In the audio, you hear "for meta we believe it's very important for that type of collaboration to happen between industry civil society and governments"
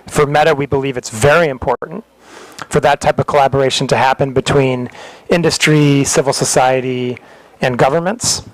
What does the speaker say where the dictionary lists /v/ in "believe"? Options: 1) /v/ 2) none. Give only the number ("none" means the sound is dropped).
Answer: 1